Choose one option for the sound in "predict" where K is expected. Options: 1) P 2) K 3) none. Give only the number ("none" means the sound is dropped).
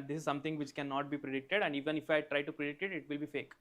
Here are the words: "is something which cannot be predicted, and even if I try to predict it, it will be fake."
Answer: 2